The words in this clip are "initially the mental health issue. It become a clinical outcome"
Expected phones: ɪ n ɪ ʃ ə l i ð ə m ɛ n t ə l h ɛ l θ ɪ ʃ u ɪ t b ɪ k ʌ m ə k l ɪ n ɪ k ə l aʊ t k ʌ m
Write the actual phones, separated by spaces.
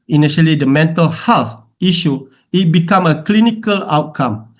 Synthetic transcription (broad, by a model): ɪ n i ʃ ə l i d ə m ɛ n t ə l h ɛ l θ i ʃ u ɪ t b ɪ k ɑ m ə k l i n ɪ k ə l aʊ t k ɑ m